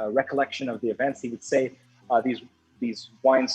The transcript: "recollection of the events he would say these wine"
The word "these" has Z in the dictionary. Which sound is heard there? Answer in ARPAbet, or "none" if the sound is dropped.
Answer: Z